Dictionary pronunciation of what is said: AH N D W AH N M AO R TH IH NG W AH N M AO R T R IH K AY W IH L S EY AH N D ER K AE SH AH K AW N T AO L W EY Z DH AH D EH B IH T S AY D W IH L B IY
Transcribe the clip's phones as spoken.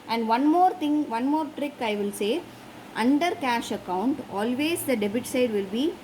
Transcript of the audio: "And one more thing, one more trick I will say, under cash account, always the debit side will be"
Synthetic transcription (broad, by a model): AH N D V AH N M AO R T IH NG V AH N M AO R T R IH K AY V IH L S EY AH N D ER K AE SH AH K AW N T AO L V EY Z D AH D EH B IH T S AY D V IH L B IY